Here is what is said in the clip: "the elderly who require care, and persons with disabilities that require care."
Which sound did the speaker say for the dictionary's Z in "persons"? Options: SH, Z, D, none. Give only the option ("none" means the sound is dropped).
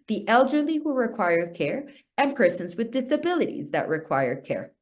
Z